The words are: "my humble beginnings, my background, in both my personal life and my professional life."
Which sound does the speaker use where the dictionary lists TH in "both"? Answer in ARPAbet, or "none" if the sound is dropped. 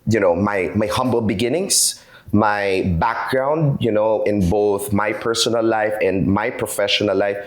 TH